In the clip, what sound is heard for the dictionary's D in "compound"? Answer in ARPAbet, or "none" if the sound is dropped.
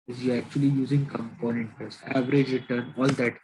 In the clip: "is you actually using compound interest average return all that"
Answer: none